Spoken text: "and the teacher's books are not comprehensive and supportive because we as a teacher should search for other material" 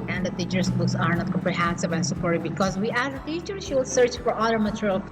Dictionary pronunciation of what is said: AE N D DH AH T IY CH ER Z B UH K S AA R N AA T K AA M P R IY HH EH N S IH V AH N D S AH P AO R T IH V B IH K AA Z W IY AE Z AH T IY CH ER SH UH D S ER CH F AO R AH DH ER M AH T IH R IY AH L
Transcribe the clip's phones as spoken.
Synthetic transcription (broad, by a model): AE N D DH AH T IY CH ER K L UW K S AA R N AA T K AA M P R IY HH EH N S IH V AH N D S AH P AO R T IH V B IH K AA Z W IY AE Z AH T IY CH ER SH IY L S ER CH F AO R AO ER M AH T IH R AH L